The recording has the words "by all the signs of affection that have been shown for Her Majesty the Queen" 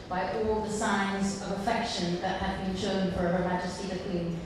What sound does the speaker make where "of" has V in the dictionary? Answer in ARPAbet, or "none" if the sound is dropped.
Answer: V